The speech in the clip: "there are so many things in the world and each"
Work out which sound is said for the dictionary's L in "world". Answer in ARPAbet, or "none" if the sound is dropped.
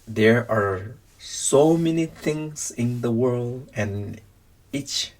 L